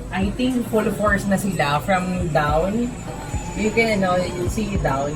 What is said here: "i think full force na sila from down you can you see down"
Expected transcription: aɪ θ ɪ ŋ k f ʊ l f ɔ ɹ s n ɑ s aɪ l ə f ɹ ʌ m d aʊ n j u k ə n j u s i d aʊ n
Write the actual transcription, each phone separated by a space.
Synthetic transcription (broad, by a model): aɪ t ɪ ŋ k f ʊ l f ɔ ɹ s n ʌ s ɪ l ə f ɹ ʌ m d aʊ n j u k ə n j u s i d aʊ n